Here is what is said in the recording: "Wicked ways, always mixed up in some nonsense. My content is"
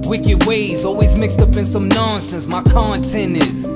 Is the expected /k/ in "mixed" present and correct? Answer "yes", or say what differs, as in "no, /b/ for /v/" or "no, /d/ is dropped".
yes